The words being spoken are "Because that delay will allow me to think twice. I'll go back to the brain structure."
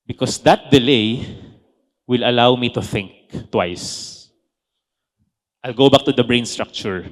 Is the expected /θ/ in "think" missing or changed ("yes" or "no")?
no